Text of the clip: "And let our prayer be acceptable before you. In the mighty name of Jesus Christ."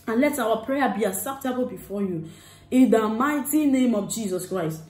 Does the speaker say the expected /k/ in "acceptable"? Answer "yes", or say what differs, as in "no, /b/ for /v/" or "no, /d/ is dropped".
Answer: no, /k/ is dropped